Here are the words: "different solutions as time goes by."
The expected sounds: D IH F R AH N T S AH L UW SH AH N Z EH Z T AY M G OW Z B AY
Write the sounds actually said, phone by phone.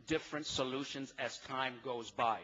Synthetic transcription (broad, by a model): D IH F R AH N T S AH L UW SH AH N Z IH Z T AY M G OW Z B AY